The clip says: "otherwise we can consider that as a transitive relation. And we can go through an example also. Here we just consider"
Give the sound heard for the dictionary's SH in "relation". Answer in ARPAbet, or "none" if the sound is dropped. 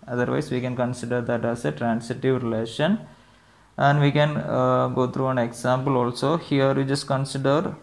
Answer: SH